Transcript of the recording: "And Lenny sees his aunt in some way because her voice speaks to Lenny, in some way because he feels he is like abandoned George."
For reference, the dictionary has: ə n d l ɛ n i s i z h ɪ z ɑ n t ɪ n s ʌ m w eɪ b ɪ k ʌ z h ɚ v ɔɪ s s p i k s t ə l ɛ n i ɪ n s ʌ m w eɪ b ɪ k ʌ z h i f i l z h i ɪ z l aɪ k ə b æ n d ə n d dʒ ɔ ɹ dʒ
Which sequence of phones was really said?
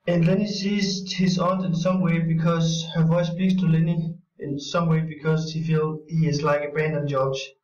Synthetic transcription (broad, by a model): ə n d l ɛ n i s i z h ɪ z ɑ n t ɪ n s ʌ m w eɪ b ɪ k ʌ z h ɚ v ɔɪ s s p i k s t ə l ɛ n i ɪ n s ʌ m w eɪ b ɪ k ʌ z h i f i l h i ɪ z l aɪ k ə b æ n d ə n dʒ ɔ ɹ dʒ